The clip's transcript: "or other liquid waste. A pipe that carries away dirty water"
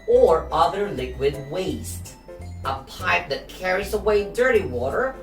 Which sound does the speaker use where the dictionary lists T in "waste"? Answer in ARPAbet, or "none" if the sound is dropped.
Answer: T